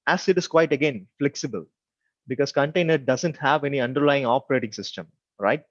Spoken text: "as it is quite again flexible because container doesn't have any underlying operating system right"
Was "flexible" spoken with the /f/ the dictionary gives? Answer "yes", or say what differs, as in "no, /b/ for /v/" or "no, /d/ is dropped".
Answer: yes